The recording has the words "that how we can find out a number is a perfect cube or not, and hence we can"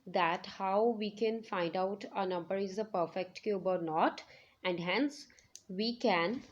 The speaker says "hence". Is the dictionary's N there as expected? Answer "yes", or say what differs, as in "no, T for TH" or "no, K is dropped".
yes